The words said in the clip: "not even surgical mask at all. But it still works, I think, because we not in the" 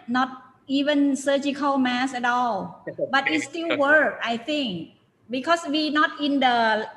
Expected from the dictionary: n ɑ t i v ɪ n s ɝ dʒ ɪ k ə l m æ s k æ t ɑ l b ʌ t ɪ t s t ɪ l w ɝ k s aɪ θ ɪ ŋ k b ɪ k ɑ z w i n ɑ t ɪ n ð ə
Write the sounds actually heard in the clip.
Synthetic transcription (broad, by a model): n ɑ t i v ɪ n s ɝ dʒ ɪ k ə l m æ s æ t ɑ l b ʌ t ɪ t s t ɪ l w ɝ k aɪ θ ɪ ŋ k b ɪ k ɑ s w i n ɑ t ɪ n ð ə